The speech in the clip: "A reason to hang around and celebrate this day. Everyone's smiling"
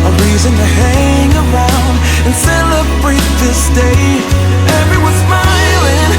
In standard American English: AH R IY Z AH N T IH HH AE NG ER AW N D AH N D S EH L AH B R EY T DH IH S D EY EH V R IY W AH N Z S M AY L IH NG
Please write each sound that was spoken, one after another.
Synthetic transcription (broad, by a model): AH R IY Z AH N T IH HH AE NG ER AW N D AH N S EH L AH B R EY T DH IH S D EY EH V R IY W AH Z S M AY L IH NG